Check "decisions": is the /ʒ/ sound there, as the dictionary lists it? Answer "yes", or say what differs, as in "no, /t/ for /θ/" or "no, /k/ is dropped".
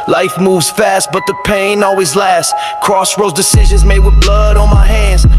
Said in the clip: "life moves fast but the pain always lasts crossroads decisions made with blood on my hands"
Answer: yes